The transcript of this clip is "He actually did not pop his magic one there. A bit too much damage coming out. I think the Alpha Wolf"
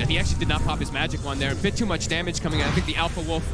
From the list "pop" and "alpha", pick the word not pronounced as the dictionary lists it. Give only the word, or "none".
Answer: none